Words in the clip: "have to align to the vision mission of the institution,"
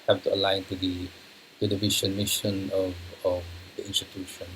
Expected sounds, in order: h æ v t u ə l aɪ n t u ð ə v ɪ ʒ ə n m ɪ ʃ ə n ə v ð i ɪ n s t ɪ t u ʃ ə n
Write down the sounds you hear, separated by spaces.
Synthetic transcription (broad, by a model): h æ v t u ə l aɪ n t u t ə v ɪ ʃ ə n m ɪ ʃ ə n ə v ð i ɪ n s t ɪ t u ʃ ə n